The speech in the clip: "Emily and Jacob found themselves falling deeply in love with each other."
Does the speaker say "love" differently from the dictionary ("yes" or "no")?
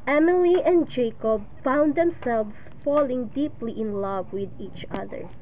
no